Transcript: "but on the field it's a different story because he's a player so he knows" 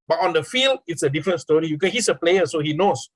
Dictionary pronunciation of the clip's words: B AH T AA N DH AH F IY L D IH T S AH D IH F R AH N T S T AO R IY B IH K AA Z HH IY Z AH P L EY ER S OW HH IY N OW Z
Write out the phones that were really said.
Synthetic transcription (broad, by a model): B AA T AA N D AH F IY L D IH T S AH D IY F R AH N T S T AO R IY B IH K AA S HH IY S AH P L EY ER S OW HH IY N OW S